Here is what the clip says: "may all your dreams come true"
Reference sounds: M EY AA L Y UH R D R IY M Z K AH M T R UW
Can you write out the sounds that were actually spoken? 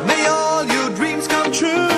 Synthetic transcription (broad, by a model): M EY AA L Y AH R D R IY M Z K AH M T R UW